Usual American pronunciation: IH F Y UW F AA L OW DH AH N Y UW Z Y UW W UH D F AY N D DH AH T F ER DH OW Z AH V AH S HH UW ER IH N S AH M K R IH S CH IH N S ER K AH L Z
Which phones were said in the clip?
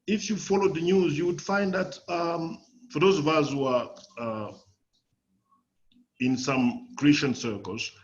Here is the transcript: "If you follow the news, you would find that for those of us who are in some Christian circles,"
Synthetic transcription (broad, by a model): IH F Y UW F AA L OW DH AH N Y UW Z Y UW W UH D F AY N D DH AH T F ER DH OW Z AH V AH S HH UW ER IH N S AH M K R IH S CH IH N S ER K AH L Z